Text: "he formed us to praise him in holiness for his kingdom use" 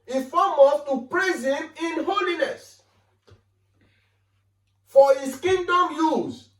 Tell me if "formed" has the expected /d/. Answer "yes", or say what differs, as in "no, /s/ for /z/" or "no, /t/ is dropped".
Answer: no, /d/ is dropped